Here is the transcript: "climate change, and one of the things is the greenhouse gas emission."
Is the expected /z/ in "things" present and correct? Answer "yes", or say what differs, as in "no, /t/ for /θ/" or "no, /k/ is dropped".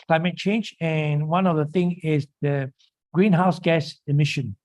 no, /z/ is dropped